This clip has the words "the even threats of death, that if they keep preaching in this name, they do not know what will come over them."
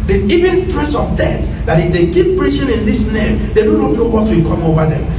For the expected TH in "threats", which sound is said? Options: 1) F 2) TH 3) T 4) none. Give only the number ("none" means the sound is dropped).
3